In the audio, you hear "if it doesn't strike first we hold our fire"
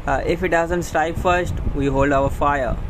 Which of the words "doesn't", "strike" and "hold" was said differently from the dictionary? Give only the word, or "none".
strike